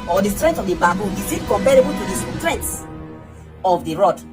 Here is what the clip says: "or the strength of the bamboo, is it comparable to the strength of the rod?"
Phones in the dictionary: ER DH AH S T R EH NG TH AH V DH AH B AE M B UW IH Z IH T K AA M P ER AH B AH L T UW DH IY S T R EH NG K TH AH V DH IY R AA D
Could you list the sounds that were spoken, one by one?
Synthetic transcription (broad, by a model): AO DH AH S T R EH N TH AH V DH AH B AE B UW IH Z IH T K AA M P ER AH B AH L T UW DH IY S T R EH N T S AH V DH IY R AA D